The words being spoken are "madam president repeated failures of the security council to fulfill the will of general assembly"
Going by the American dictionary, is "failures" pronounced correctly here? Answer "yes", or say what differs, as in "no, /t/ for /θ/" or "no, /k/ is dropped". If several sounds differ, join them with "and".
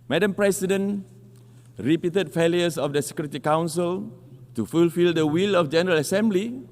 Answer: no, /s/ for /z/